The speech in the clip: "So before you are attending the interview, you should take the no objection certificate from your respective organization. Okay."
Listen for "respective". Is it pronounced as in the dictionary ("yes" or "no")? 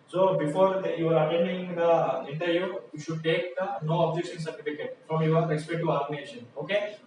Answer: no